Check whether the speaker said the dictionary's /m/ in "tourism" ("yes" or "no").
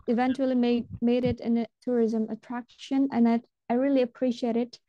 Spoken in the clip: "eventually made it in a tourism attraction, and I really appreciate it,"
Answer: yes